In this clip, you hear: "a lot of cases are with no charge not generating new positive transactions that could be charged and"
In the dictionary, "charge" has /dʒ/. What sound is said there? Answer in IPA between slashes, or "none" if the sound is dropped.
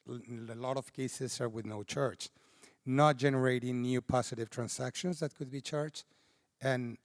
/tʃ/